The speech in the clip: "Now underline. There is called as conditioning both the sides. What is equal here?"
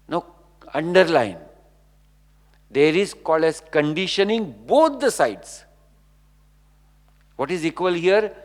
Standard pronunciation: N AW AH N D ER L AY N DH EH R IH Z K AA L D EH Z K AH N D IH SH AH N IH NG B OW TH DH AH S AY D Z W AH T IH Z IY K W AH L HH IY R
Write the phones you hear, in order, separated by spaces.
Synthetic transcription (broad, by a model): N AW AH N D ER L AY N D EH R IH Z K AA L EH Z K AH N D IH SH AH N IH NG B OW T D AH S AY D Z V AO T IH Z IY K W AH L HH IY R